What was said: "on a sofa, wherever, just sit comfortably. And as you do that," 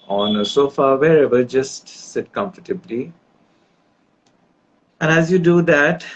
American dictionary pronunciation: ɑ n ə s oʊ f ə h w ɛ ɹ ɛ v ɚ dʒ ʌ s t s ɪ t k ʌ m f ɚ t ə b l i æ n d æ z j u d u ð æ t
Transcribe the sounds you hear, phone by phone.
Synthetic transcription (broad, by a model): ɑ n ə s oʊ f ə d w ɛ ɹ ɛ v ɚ dʒ ʌ s t s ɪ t k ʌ m f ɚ t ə b l i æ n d æ z j u d u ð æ t